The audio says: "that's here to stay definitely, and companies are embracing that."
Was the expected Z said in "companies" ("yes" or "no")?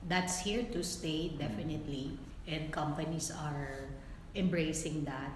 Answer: no